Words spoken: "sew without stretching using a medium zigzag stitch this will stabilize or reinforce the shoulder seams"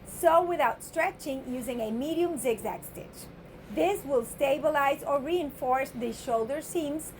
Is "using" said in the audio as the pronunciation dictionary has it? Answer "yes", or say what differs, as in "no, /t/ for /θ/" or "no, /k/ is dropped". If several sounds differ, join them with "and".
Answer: yes